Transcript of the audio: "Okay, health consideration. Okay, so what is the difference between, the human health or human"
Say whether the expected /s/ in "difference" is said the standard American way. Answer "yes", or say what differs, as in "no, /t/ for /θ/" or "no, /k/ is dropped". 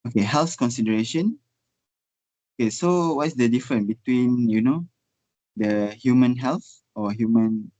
no, /s/ is dropped